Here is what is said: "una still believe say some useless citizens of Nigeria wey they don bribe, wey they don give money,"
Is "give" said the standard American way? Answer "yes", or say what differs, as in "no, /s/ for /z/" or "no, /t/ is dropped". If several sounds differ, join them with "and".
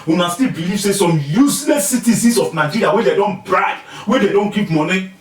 no, /p/ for /v/